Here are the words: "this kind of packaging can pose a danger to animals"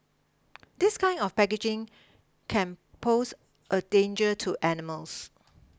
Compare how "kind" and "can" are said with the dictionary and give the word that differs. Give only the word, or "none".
kind